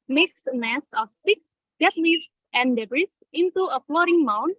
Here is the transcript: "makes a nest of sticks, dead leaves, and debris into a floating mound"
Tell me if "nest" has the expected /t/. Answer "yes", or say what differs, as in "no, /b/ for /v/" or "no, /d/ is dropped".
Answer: no, /t/ is dropped